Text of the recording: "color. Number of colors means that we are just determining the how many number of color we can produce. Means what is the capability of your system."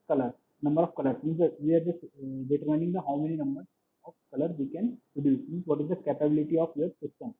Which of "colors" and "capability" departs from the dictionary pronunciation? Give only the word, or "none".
colors